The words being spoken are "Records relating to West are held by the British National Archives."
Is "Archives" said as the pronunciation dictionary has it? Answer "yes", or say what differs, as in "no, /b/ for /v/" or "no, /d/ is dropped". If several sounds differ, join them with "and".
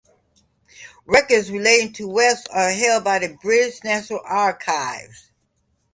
yes